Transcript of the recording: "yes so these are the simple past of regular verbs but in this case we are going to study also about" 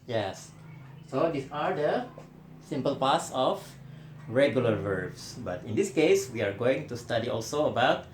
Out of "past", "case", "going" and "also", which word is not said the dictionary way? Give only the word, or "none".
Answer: past